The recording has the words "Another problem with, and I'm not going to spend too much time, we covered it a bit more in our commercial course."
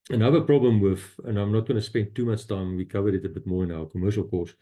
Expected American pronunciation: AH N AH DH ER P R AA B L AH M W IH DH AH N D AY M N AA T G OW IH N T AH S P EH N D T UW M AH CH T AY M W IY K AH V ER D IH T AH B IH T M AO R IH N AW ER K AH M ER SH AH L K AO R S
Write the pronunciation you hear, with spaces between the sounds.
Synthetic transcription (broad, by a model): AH N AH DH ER P R AA B L AH M W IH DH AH N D AY M N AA T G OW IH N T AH S P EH N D T UW M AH CH T AY M W IY K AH V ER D IH T AH B IH T M AO R IH N AW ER K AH M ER SH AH L K AO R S